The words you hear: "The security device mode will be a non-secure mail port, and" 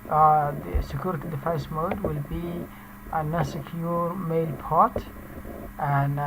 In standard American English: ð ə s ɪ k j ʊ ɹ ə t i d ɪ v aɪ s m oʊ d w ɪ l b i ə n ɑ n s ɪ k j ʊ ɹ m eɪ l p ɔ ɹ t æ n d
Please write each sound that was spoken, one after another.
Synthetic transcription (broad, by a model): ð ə s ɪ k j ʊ ɹ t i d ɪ f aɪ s m oʊ d w ɪ l b i ə n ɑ s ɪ k j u ɹ m eɪ l p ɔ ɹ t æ n